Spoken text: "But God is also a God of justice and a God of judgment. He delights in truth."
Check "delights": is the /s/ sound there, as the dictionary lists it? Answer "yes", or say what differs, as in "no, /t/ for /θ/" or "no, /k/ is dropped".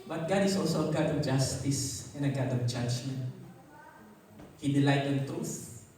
no, /s/ is dropped